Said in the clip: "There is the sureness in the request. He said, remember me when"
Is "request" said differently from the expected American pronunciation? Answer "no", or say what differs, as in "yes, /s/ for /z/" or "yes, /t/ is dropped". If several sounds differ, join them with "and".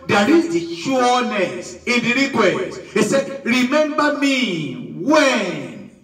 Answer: yes, /s/ is dropped